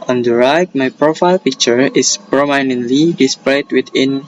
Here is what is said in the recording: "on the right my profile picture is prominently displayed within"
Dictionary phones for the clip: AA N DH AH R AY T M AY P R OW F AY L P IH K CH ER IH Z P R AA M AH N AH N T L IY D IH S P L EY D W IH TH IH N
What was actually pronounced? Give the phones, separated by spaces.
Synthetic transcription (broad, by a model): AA N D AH R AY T M AY P R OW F AY L P IH K CH ER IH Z P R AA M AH N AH N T L IY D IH S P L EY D W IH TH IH N